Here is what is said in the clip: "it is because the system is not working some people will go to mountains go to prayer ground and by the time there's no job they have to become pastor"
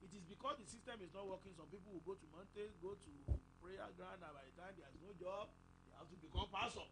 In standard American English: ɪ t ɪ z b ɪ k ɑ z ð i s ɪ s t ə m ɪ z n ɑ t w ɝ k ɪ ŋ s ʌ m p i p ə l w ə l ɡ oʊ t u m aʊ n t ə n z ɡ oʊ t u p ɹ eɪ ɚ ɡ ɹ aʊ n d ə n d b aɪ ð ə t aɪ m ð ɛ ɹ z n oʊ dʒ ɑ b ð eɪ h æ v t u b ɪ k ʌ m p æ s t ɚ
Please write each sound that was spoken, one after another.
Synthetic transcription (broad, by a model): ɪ t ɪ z b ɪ k ɑ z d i s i s t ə m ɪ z n ɑ t w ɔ k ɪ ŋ s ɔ m p i p ə l w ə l ɡ oʊ t u m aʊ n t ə ɡ oʊ t u p ɹ eɪ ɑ ɡ ɹ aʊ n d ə b aɪ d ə t aɪ m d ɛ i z n oʊ dʒ ɑ b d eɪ h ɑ f t u b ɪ k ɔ m p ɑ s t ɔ